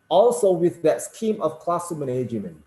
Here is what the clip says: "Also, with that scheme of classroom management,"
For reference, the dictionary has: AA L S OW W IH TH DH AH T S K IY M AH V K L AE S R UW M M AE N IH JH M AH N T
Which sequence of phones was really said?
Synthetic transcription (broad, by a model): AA L S OW W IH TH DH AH T S K IY M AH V K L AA S UW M M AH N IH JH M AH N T